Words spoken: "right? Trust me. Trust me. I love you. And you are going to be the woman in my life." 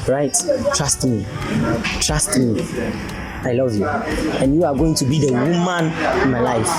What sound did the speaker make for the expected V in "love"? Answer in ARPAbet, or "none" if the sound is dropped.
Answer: V